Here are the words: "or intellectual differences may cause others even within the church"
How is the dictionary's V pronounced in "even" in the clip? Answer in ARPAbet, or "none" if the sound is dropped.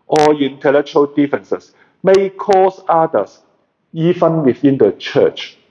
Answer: F